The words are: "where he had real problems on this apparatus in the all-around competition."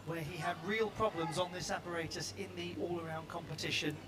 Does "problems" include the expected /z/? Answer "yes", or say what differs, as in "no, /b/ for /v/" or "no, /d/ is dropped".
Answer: yes